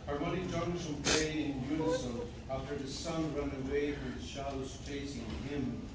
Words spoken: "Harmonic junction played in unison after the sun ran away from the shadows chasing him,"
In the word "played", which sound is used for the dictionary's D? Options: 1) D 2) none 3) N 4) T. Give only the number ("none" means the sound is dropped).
2